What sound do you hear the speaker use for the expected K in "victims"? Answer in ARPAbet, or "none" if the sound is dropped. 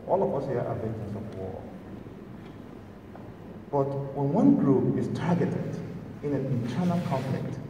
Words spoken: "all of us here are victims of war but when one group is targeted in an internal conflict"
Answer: none